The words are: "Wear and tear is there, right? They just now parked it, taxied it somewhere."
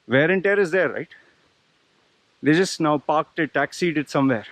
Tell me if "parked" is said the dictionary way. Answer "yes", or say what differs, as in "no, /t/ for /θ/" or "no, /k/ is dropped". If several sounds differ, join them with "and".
yes